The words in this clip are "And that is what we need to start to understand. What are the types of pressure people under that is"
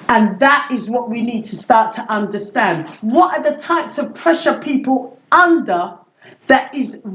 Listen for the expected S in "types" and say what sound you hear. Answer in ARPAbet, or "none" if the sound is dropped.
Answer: S